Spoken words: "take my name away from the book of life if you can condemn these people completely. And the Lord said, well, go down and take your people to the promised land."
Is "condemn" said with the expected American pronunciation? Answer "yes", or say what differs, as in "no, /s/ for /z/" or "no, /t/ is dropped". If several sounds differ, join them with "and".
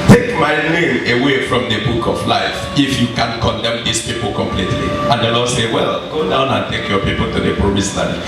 yes